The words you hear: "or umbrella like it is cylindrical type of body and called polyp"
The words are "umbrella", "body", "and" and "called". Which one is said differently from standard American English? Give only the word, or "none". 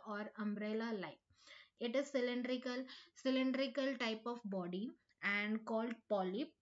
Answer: none